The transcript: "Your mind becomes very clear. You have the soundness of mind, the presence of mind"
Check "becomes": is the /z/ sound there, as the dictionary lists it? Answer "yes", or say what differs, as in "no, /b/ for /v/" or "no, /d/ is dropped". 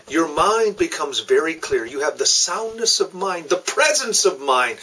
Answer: yes